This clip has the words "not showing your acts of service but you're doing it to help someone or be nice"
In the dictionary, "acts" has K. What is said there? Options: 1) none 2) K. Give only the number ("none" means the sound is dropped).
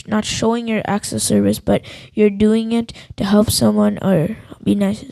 2